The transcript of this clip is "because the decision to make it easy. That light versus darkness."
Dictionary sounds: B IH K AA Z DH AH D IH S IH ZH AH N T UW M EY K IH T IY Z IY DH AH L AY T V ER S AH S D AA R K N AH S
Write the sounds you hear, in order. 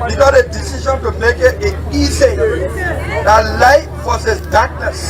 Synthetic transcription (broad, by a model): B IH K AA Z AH D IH S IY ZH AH N T UW M EY K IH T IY S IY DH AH L AY T F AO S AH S D AA K N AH S